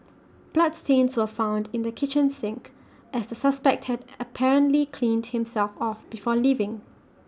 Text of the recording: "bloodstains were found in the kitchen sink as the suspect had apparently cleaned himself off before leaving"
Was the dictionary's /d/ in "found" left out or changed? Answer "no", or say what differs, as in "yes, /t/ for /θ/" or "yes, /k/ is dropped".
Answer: no